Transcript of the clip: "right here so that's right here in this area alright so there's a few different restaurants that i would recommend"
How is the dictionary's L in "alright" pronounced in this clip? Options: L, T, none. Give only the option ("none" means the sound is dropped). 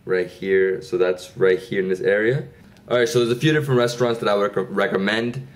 none